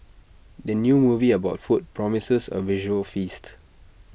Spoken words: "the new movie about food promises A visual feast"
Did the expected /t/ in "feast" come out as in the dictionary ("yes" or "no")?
yes